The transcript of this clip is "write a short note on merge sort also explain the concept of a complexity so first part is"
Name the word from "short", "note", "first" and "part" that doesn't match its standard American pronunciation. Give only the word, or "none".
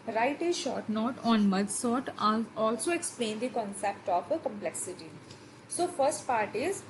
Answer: none